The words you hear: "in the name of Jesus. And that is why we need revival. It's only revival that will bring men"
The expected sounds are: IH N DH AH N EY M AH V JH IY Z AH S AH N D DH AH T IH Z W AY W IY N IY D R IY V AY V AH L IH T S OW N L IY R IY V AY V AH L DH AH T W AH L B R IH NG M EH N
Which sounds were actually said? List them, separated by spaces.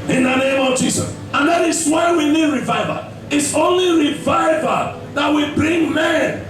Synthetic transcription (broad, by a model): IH N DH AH N EY M AH V JH IY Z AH S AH N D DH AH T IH S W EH W IY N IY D R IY V AY V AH IH T S OW N L IY R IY V AY V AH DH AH T W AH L B R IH NG M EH N